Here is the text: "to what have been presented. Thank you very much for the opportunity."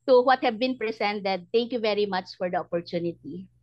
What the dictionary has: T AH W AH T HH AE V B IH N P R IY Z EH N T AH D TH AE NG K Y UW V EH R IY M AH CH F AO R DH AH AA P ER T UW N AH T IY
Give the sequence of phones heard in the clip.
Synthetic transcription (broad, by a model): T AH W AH T HH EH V B IH N P R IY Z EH N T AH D T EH NG K Y UW V EH R IY M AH CH F AO R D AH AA P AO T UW N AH T IY